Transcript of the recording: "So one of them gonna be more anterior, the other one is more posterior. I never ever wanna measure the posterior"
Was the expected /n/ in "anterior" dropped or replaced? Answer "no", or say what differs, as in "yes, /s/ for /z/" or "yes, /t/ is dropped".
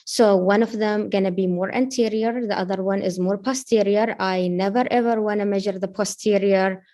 no